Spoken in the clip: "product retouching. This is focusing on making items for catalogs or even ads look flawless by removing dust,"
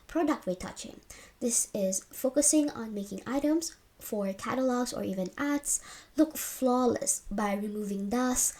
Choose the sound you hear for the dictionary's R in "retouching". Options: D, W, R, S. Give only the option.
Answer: W